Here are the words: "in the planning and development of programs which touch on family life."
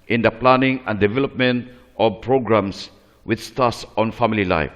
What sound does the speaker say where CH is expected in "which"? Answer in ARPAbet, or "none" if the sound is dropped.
S